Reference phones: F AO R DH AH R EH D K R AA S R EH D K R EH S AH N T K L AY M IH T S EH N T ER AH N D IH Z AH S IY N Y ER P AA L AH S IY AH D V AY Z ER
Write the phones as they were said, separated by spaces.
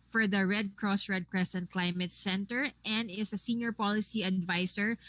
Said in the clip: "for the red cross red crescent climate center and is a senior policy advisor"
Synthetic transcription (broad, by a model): F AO R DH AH R EH D K R AA S R EH D K R EH S AH N T K L AY M IH T S EH N T ER AH N D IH S AH S IY N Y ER P AA L AH S IY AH D V AY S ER